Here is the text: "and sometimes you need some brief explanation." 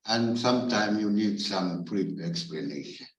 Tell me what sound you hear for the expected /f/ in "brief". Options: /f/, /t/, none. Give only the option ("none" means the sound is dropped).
none